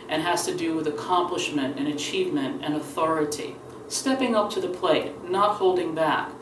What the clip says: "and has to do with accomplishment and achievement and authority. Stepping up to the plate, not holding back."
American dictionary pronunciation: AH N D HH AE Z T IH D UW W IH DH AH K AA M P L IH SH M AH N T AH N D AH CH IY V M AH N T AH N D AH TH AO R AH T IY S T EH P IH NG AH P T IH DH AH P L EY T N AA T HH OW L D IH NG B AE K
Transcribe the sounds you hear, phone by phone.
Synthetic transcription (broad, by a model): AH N HH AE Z T IH D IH W IH DH AH K AA M P L IH SH M AH N T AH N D AH CH IY V M AH N T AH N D AH TH AO R AH T IY S T EH P IH NG AH P T IH DH AH P L EY T N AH T HH OW L D IH NG B AE K